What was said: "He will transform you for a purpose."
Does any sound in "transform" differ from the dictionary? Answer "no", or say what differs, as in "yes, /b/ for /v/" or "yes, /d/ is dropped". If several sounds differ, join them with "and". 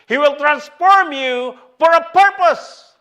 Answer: no